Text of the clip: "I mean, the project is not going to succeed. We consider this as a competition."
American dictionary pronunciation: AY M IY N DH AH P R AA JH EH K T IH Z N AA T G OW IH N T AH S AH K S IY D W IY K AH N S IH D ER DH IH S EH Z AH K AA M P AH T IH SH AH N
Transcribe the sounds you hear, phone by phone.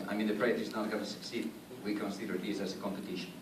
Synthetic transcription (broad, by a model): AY M IY N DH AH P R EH EH T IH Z N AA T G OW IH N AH S AH K S IY D W IY K AH N S IH D ER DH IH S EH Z AH K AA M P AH T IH SH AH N